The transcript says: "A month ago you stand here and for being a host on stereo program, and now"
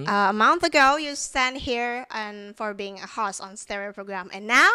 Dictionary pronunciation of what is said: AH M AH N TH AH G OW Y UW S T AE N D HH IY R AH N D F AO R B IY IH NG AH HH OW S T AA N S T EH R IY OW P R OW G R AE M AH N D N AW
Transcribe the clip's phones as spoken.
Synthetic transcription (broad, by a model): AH M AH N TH AH G OW Y UW S T AE N D HH IY R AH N F AO R B IY IH NG AH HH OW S AA N S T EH R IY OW P R OW G R AE M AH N N AW